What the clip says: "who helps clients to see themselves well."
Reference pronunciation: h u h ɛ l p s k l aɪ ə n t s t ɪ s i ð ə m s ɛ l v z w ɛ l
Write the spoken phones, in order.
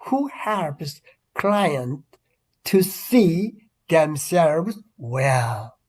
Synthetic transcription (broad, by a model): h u h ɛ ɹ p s k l aɪ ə n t t ɪ s i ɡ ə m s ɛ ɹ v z w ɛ l